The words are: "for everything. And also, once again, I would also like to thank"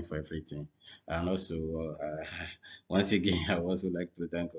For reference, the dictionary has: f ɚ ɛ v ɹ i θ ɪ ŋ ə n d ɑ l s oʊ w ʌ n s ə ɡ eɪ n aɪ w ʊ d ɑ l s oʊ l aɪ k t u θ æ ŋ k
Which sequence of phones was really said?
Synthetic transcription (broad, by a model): f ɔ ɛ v ɹ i t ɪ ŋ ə n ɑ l s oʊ w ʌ n s ə ɡ eɪ n aɪ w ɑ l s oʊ l aɪ k t u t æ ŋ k